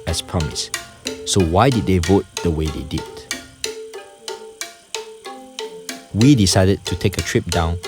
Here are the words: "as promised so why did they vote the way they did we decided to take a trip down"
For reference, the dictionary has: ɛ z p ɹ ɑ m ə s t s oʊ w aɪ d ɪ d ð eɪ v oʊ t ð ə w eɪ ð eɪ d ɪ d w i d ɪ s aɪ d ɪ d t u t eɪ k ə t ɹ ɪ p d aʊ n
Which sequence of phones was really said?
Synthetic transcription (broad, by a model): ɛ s p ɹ ɑ m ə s s oʊ w aɪ d ɪ d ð eɪ v oʊ t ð ə w eɪ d eɪ d ɪ d w i d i s aɪ d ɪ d t u t eɪ k ə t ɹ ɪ p d aʊ n